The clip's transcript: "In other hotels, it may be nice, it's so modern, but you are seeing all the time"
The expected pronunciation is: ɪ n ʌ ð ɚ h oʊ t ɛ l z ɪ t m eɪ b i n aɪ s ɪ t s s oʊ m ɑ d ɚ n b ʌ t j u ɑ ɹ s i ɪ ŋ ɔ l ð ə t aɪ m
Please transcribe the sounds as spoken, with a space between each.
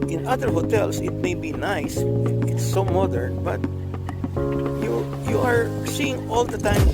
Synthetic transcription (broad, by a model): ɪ n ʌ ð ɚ h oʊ t ɛ l s ɪ t m eɪ b i n aɪ s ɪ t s s oʊ m ɑ d ɚ n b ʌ t j u ɑ ɹ s i ɪ ŋ ɔ l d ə t aɪ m